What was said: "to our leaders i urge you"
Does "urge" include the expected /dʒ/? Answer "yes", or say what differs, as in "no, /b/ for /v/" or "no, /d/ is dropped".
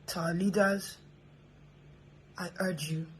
yes